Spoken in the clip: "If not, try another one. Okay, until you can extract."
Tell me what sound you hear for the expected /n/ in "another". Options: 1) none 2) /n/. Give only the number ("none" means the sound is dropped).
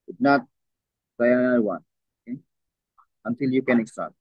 1